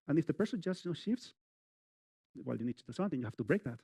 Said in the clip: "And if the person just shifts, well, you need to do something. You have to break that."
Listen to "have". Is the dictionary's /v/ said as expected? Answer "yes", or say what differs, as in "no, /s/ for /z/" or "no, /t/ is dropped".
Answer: no, /f/ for /v/